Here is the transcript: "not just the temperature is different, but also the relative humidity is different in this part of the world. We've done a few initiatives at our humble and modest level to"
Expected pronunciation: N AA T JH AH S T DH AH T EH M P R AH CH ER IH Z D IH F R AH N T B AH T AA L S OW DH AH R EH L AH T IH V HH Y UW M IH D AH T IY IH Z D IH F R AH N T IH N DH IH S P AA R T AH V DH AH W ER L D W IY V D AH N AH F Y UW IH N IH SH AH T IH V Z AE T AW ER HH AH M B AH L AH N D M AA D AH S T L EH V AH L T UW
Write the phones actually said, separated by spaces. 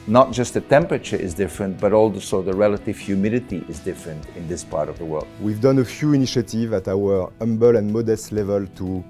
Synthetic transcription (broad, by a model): N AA T JH AH S T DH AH T EH M P R AH CH ER IH Z D IH F R AH N T B AH T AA L S OW DH AH R EH L AH T IH V HH Y UW M IH D AH T IY IH Z D IH F R AH N T IH N DH IH S P AA R T AH V DH AH W ER L D W IY V D AH N AH F Y UW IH N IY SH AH T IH V AE T AW ER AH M B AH L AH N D M AA D AH S T L EH V AH L T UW